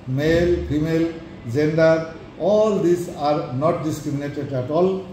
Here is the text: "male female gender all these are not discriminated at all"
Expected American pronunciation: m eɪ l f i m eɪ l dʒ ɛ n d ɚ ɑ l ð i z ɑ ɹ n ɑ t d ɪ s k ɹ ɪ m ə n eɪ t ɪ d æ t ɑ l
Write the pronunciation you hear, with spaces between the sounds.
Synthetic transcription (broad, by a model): m eɪ l p i m eɪ l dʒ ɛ n d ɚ ɑ l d i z ɑ ɹ n ɑ t d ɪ s k ɹ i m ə n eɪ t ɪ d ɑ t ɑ l